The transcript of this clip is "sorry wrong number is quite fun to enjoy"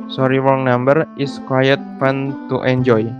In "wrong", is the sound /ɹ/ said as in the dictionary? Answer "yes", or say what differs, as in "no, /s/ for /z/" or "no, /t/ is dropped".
no, /w/ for /ɹ/